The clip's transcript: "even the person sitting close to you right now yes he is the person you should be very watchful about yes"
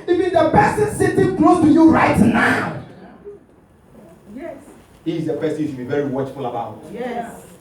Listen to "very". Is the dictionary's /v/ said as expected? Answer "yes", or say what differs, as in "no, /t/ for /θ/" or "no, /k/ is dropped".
yes